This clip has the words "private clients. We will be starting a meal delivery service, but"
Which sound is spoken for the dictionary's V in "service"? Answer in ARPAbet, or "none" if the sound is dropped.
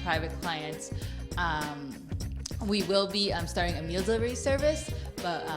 V